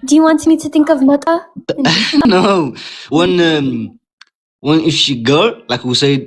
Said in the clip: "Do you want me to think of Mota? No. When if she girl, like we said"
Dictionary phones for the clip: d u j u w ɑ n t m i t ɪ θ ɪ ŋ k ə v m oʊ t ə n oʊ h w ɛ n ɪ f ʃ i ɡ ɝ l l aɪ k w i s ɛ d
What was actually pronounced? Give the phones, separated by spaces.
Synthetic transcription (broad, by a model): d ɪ j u w ɑ n t m i t ɪ θ ɪ ŋ k ə v m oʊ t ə n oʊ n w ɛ n ɪ f ʃ i ɡ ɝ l l aɪ k w i s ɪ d